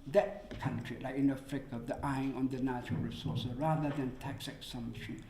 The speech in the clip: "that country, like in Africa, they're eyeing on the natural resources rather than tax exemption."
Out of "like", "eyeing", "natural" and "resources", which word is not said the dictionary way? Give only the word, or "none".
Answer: resources